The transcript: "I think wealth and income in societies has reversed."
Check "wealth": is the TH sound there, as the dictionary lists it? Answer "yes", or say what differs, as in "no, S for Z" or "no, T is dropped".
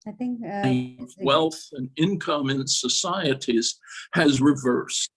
yes